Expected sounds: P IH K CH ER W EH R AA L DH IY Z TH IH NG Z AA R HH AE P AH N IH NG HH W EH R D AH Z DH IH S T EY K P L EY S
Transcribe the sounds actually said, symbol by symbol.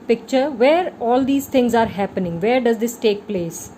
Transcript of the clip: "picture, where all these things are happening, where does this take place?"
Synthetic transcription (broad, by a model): P IH K CH ER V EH R AA L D IY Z T IH NG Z AA R HH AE P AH N IH NG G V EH R D AH Z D IH S T EY K P L EY S